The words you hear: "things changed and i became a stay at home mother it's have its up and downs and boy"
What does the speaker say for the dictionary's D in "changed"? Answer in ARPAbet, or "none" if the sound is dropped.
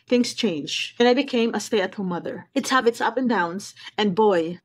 none